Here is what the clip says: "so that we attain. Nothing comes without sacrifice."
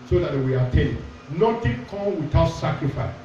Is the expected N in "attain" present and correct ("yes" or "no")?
no